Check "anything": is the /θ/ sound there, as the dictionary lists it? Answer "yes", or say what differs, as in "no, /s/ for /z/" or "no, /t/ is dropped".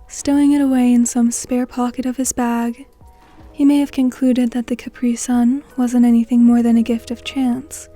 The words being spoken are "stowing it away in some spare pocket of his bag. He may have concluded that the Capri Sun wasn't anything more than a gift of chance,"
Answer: yes